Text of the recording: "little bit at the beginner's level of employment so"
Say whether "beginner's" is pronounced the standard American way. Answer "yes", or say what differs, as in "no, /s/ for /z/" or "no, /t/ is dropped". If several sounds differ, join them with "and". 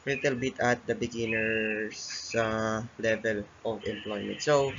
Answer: no, /s/ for /z/